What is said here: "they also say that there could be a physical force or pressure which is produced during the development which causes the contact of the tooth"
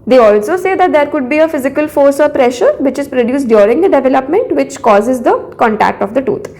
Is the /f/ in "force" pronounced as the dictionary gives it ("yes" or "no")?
yes